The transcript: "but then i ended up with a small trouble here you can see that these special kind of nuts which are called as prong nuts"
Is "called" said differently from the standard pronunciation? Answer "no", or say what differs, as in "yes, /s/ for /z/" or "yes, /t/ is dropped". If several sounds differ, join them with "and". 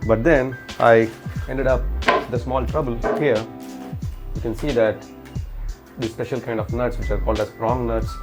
no